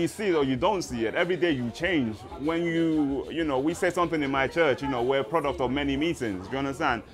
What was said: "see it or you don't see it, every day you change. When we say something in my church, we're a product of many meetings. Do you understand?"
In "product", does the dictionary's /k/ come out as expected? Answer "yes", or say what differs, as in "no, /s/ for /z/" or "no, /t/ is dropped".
yes